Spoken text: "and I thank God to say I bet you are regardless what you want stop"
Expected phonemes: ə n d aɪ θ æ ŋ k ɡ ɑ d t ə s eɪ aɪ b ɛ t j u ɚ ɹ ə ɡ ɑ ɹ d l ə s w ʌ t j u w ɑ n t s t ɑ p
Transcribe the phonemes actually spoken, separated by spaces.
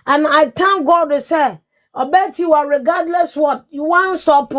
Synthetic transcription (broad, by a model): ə n aɪ t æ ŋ ɡ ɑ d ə s eɪ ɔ b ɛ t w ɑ ɹ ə ɡ ɑ d l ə s w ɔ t j u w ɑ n s t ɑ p